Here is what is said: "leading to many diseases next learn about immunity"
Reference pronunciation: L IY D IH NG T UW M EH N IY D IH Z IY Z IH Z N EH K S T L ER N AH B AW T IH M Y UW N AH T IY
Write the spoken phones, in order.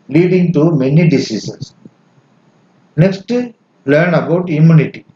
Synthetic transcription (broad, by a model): L IY D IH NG T UW M EH N IY D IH S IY S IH S N EH K S T L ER N AH B AW T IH M Y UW N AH T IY